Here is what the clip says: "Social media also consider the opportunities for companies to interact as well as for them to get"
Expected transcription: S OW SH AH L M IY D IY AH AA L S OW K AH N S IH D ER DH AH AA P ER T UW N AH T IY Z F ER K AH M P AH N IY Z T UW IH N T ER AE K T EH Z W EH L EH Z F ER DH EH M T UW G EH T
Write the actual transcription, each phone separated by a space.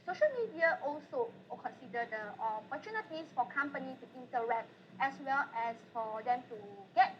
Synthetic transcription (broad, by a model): S OW SH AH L M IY D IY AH AA L S OW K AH N S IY D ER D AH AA P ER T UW N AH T IY S F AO K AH M P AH N IY T UW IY N T ER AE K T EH S W EH L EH S F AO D EH M T UW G EH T